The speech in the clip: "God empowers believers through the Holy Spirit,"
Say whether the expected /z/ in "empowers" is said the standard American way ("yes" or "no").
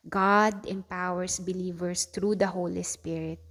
no